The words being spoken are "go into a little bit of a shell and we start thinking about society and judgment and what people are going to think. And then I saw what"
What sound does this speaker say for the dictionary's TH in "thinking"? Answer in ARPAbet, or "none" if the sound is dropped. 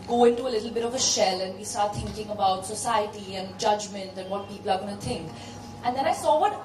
T